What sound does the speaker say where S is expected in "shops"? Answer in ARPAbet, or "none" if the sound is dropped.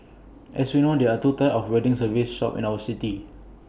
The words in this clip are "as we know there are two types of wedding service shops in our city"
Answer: none